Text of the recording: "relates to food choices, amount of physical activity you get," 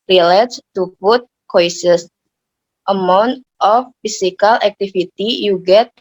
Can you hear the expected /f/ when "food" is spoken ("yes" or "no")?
no